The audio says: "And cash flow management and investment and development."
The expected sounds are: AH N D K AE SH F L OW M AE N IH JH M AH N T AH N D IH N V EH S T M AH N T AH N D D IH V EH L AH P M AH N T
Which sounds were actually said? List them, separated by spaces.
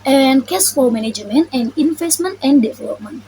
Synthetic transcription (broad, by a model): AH N K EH S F OW M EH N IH JH M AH N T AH N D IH N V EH S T M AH N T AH N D D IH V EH L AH P M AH N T